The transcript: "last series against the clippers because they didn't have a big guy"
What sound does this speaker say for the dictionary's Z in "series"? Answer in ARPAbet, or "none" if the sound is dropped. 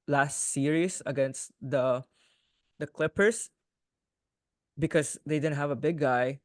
S